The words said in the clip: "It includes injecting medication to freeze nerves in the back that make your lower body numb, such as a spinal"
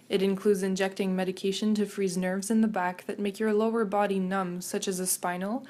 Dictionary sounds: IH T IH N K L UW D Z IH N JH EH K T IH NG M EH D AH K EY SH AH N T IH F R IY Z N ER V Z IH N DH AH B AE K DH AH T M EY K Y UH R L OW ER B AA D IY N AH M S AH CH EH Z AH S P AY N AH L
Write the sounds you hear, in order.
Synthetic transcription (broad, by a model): IH T IH N K L UW D Z IH N JH EH K T IH NG M EH D AH K EY SH AH N T IH F R IY Z N ER V Z IH N DH AH B AE K DH AH T M EY K Y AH R L OW ER B AA D IY N AH M S AH CH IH Z AH S P AY N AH L